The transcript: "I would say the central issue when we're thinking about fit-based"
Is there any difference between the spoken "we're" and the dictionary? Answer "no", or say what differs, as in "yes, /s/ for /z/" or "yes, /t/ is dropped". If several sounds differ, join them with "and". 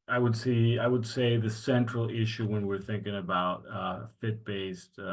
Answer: no